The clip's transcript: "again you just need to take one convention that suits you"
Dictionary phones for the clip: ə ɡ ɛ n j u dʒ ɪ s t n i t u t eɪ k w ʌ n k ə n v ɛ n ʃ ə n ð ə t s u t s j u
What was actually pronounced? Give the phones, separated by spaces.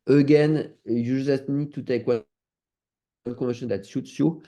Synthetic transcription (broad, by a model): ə ɡ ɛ n j u ʒ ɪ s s n i t u t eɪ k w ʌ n k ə v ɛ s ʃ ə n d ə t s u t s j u